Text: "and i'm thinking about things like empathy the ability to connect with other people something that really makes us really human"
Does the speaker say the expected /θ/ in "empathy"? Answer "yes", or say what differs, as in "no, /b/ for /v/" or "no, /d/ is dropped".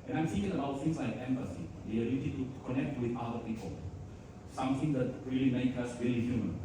no, /s/ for /θ/